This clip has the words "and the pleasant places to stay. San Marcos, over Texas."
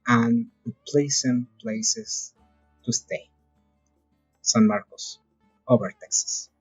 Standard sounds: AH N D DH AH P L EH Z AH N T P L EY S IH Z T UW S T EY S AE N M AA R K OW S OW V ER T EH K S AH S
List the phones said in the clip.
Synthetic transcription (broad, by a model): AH N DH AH P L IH S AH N P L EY S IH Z T UW S T EY S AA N M AA R K OW S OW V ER T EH K S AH S